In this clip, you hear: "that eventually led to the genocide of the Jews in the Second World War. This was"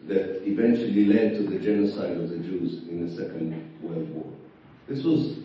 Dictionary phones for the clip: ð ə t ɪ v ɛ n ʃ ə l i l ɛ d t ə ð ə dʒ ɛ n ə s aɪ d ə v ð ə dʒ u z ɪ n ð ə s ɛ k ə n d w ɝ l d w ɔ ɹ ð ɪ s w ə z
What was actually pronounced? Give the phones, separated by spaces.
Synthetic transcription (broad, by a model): ð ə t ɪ v ɛ n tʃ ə l i l ɛ d t ə ð ə dʒ ɛ n ə s aɪ d ə v ð ə dʒ u z ɪ n ð ə s ɛ k ə n d w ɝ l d w ɔ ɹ ð ɪ s w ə z